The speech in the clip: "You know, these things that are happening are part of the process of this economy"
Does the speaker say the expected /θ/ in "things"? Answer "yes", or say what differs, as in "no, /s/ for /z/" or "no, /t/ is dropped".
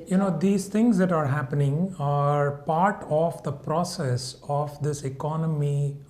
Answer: no, /t/ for /θ/